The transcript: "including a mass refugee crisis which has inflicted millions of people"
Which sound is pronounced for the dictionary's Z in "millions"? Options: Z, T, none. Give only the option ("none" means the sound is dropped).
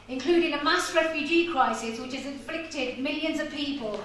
Z